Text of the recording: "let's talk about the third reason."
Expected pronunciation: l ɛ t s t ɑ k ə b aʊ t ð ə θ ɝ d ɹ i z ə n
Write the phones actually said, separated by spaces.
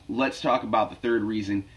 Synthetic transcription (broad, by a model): l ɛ t s t ɑ k ə b aʊ t ð ə θ ɝ d ɹ i z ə n